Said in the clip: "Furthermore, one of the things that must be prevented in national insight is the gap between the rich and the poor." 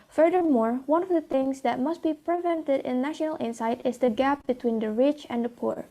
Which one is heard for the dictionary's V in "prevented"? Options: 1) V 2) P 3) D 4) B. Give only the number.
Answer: 1